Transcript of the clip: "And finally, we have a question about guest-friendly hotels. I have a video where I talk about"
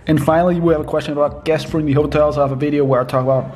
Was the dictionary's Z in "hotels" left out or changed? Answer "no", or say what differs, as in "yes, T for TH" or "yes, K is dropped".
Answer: no